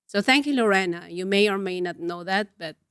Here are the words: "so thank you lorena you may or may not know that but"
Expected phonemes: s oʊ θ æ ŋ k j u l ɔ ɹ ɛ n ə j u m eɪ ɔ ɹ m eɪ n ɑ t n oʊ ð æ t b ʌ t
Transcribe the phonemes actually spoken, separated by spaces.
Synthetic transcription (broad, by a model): s oʊ θ æ ŋ k j u l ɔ ɹ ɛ n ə j u m eɪ ɔ ɹ m eɪ n ɑ t n oʊ ð æ t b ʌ t